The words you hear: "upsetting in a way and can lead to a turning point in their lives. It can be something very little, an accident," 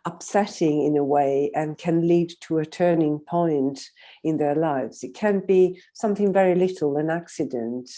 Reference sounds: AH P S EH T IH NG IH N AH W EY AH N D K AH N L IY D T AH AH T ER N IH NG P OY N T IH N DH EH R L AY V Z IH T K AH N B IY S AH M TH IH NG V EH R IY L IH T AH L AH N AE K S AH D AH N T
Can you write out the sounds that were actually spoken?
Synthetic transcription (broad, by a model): AH P S EH T IH NG IH N AH W EY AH N K AH N L IY D T AH AH T ER N IH NG P OY N T IH N DH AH R L AY V Z IH T K AH N B IY S AH M TH IH NG V EH R IY L IH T L AH N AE K S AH D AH N T